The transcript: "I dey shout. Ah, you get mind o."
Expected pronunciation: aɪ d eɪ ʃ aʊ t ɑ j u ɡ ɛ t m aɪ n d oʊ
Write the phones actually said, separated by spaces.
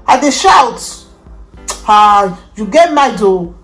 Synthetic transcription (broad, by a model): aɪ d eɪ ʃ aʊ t ɑ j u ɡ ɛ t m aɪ d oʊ